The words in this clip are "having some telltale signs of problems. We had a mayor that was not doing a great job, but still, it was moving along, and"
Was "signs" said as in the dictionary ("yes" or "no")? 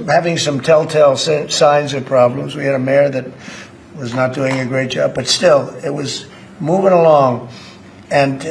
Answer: yes